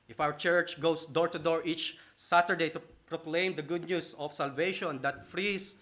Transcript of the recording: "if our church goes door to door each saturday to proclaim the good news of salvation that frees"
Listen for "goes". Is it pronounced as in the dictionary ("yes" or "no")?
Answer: no